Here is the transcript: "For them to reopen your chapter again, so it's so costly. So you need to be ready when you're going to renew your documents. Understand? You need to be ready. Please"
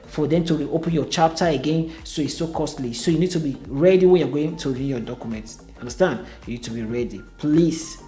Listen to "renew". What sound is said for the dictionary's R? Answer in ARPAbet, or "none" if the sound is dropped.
W